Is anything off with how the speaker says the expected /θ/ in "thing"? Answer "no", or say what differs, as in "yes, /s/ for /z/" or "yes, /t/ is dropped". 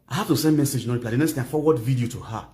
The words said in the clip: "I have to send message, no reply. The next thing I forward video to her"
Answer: yes, /t/ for /θ/